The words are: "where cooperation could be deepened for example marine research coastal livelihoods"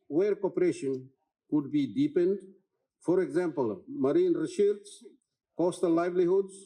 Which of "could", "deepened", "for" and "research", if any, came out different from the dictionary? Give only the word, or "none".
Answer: research